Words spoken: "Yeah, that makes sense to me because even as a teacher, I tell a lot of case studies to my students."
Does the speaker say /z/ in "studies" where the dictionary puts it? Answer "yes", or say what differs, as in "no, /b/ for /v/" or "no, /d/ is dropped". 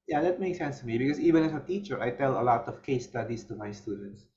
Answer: no, /s/ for /z/